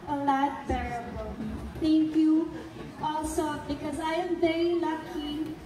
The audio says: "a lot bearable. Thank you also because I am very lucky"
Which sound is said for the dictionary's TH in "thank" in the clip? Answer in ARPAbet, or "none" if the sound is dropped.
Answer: T